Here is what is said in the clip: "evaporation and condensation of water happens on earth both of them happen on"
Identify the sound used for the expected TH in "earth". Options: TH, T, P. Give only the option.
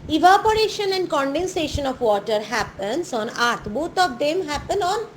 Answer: T